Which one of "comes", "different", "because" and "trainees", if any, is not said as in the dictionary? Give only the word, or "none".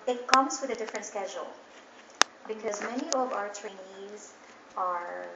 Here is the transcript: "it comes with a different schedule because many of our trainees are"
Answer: none